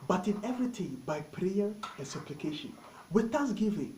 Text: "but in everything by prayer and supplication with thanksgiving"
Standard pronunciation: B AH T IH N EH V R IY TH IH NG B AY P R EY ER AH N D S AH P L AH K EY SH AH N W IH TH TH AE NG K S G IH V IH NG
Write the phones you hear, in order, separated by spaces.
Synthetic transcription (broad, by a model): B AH T IH N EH V R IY T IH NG B AY P R EY ER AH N S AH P L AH K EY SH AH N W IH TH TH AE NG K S G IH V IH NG